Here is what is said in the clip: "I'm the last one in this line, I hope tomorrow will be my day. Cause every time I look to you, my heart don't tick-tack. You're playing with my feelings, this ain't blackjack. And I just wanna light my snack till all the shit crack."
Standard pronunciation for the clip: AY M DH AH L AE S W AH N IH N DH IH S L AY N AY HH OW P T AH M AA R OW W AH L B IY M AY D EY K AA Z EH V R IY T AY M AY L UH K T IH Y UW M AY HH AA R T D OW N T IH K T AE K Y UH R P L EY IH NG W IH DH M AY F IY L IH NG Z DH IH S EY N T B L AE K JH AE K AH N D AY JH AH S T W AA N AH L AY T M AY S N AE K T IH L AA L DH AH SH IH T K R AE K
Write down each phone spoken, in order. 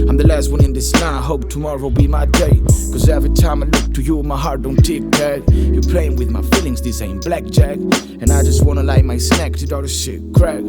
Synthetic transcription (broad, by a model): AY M DH AH L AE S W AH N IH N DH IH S N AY AY HH OW P T AH M AA R OW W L B IY M AY D EY K AA Z EH V R IY T AY M AY L UH K T IH Y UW M AY HH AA R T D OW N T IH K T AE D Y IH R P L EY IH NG W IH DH M AY F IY L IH NG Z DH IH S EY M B L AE K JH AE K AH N AY JH AH S T W AA N AH L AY M AY S N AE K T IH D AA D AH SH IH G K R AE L